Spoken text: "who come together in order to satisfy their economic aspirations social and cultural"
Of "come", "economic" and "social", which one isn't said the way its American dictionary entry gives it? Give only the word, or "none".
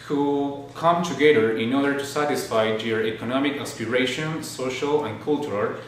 none